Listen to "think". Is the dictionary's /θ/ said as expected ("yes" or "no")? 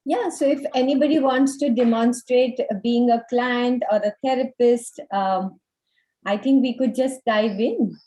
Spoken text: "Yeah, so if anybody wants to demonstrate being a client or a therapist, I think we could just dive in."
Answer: no